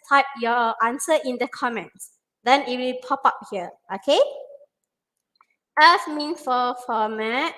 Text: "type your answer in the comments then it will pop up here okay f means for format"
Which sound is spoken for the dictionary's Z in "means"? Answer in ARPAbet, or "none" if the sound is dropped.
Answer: none